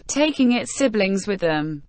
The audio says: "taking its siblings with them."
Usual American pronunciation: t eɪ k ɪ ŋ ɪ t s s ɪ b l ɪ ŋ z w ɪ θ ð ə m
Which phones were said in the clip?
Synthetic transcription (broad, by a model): t eɪ k ɪ ŋ ɪ t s s ɪ b l ɪ ŋ z w ɪ ð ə m